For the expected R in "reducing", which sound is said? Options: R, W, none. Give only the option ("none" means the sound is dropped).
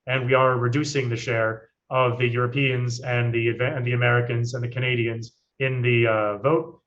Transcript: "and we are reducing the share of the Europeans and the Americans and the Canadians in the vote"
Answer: R